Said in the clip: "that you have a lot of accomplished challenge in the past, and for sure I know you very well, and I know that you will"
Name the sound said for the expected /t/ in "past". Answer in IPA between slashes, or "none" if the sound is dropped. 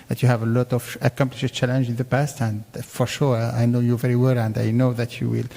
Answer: /t/